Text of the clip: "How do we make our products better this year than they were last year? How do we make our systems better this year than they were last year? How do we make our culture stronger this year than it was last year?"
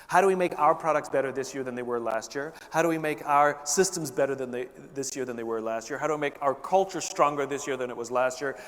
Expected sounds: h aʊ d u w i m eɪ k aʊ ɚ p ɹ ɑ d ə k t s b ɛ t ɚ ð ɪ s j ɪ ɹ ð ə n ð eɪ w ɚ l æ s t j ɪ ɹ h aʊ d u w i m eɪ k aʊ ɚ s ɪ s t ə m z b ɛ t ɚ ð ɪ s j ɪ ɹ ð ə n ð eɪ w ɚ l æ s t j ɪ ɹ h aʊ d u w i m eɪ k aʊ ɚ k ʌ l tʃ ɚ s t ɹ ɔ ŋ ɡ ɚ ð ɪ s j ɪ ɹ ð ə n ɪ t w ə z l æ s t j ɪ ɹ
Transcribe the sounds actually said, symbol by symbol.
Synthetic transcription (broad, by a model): h aʊ d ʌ w i m eɪ k aʊ ɚ p ɹ ɑ d ə k t s b ɛ t ɚ ð ɪ s j ɪ ɹ ð ə n ð eɪ w ɚ l æ s t j ɪ ɹ h aʊ d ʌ w i m eɪ k aʊ ɚ s ɪ s t ə m z b ɛ t ɚ ð ɪ s j ɪ ɹ ð ə n ð eɪ w ɚ l æ s t j ɪ ɹ h aʊ d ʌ w i m eɪ k aʊ ɚ k ʌ l tʃ ɚ s t ɹ ɔ ŋ ɡ ɚ ð ɪ s j ɪ ɹ ð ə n ɪ t w ə z l æ s t j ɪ ɹ